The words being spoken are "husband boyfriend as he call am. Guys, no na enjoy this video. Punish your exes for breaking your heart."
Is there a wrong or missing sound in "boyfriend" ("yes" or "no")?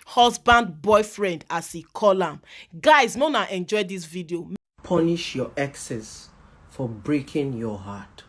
no